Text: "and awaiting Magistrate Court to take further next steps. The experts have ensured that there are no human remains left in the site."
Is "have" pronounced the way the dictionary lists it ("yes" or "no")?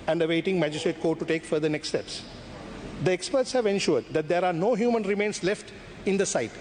yes